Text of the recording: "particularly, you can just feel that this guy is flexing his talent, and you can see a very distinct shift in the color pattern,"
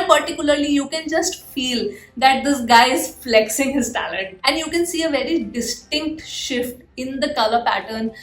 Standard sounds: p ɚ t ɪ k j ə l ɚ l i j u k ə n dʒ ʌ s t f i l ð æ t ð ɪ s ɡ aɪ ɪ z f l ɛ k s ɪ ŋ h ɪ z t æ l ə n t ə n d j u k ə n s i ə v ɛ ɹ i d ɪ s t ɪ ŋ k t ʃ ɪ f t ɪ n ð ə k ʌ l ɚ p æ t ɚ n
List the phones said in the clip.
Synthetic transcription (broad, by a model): p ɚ t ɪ k j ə l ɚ l i j u k ə n dʒ ʌ s t f i l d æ t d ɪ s ɡ aɪ ɪ z f l ɛ k s ɪ ŋ h ɪ z t æ l ə n t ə n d j u k ə n s i ə v ɛ ɹ i d ɪ s t ɪ ŋ k t ʃ ɪ f t ɪ n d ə k ʌ l ɚ p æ t ɚ n